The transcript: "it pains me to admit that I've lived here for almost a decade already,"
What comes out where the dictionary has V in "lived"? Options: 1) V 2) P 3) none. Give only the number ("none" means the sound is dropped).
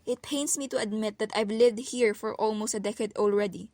1